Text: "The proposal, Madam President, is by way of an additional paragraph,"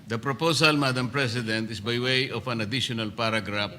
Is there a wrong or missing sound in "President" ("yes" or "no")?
yes